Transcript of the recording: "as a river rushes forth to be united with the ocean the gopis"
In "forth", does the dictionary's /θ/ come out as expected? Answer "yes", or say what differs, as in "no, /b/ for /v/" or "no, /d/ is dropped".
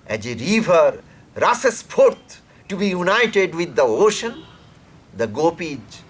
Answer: no, /t/ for /θ/